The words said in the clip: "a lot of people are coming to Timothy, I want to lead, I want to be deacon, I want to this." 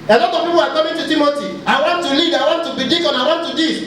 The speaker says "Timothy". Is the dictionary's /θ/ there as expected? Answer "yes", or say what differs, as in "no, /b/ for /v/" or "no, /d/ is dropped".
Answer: no, /t/ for /θ/